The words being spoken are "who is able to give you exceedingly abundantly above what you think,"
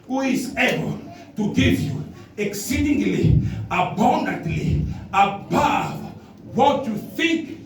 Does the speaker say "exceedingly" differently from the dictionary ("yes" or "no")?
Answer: no